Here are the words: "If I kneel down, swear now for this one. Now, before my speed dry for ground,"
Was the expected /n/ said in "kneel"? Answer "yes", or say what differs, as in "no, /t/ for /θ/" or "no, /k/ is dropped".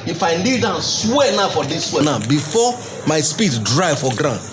no, /l/ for /n/